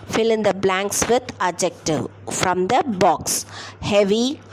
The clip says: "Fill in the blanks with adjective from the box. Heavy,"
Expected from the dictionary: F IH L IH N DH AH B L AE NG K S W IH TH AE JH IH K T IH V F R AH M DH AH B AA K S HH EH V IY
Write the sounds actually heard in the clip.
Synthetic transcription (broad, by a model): F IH L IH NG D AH B L AE NG K S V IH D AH JH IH K T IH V F R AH M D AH B AA K S HH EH V IY